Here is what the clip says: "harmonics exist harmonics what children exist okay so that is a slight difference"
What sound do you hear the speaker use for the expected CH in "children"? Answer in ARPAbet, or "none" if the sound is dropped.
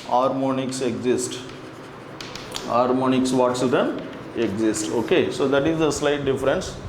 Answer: S